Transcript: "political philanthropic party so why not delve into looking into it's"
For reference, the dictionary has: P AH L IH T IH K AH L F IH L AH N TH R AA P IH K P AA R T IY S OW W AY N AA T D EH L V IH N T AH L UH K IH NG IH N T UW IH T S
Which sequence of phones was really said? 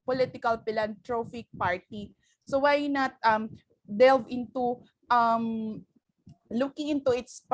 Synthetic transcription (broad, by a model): P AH L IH T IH K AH L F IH L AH N T R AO F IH K P AA R T IY S OW W AY N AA T D EH L V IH N T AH L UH K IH NG IH N T UW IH T S